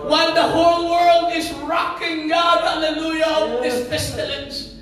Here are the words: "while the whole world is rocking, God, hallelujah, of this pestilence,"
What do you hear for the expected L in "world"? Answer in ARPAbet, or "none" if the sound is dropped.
L